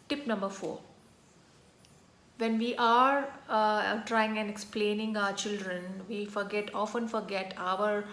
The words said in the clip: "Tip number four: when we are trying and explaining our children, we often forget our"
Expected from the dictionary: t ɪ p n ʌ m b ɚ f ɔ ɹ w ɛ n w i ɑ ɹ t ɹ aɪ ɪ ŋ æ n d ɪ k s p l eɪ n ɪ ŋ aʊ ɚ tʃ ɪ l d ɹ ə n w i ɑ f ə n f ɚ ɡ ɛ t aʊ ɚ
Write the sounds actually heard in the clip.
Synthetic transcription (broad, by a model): t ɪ p n ʌ m b ɚ f ɔ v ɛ n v i ɑ ɹ t ɹ aɪ ɪ ŋ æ n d ɪ k s p l eɪ n ɪ ŋ aʊ ɚ tʃ ɪ l d ɹ ə n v i ɑ f ə n f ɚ ɡ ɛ t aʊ ɚ